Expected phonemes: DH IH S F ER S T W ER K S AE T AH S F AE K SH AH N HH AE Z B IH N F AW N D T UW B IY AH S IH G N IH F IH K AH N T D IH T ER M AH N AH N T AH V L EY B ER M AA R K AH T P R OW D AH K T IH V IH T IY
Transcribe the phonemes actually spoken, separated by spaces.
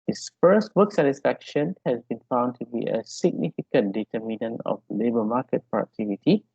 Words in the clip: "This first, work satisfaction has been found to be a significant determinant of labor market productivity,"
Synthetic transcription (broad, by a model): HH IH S F ER S T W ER K S AE T AH S F AE K SH AH N HH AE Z B IH N F AW N D T UW B IY AH S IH G N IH F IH K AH N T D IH T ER M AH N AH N AH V L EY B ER M AA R K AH T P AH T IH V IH T IY